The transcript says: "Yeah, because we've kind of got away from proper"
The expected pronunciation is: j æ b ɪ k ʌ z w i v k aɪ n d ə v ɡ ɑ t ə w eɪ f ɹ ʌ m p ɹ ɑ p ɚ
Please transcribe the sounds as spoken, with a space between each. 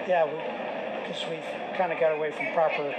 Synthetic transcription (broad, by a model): j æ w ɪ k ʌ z w i v k aɪ n d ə ɡ ɑ t ə w eɪ f ɹ ʌ m p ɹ ɑ p ɚ